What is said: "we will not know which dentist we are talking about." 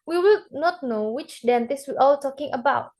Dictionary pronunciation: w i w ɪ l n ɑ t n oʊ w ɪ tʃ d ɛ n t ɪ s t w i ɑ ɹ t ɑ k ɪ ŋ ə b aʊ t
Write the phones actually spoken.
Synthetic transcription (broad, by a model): w i w ɪ l n ɑ t n oʊ w ɪ tʃ d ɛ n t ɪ s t w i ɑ l t ɑ k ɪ ŋ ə b aʊ t